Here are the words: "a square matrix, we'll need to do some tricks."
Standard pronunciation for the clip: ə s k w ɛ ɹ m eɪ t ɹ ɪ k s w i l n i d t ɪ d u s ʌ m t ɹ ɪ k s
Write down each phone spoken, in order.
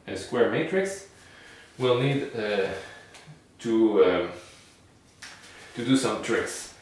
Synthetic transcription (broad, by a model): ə s k w ɛ ɹ m eɪ t ɹ ɪ k s w i l n i d t ɪ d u s ʌ m t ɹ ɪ k s